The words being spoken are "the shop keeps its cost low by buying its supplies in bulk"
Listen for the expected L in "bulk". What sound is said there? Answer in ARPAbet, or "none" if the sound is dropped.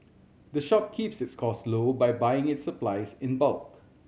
L